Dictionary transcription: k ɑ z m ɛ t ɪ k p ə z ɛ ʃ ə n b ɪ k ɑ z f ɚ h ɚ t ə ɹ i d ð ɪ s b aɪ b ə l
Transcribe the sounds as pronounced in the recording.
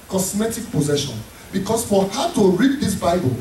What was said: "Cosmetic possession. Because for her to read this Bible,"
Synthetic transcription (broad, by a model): k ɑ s m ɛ t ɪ k p ə z ɛ ʃ ə n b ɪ k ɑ s f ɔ h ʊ t ə ɹ i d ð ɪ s b aɪ b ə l